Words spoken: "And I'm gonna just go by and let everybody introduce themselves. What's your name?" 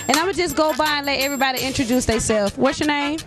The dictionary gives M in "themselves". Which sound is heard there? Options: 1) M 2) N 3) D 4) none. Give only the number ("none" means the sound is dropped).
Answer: 4